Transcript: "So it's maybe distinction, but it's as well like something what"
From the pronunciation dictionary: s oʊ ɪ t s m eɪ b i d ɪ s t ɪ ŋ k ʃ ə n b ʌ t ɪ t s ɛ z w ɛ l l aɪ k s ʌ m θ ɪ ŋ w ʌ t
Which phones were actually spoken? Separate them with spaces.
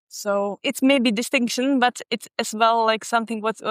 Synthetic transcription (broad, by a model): s oʊ ɪ t s m eɪ b i d ɪ s t ɪ ŋ k ʃ ə n b ʌ t ɪ t s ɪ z w ɛ l l aɪ k s ʌ m θ ɪ ŋ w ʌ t